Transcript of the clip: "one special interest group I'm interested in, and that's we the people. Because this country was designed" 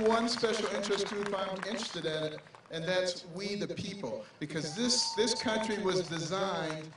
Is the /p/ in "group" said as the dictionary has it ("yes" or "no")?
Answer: no